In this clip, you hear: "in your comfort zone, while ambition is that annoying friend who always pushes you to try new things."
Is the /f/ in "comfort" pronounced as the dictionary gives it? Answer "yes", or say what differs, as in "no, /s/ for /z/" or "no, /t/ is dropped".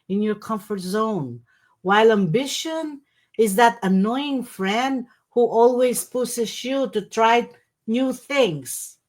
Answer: yes